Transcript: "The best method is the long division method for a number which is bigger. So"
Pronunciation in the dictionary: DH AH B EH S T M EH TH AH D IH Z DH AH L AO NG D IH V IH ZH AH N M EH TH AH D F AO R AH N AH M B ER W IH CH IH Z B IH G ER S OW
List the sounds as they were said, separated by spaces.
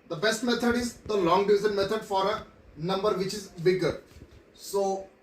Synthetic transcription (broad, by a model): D AH B EH S T M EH T AH D IH Z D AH L AO NG D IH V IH Z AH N M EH T AH D F AO R AH N AH M B ER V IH CH IH Z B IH G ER S OW